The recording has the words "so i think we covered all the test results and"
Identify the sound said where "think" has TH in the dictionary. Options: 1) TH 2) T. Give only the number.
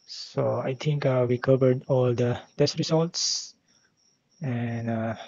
2